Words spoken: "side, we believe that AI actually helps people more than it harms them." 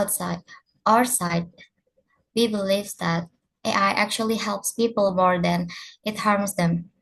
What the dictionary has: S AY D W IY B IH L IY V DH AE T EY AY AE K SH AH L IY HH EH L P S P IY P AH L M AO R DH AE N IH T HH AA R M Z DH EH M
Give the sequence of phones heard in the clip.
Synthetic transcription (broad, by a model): S AY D W IY B IH L IY V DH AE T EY AY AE K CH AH L IY HH EH L P S P IY P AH L M AO R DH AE N IH T HH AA R M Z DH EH M